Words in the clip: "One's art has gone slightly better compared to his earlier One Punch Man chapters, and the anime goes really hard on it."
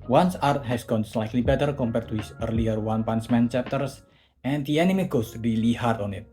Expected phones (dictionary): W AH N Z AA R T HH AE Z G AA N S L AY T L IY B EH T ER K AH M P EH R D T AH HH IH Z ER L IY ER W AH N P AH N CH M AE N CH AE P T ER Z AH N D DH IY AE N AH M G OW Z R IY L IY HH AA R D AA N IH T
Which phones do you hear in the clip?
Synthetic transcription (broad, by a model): W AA N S AA R T HH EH S G AA N S L AY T L IY B EH T ER K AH M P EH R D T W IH S ER L IY ER W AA N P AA N S M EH N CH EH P T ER S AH N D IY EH N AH M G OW S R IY L IY HH AA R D AA N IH T